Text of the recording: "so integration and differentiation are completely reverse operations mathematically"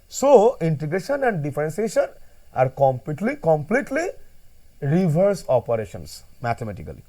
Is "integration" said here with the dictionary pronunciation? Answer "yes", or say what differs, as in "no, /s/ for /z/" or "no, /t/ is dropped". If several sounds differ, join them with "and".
yes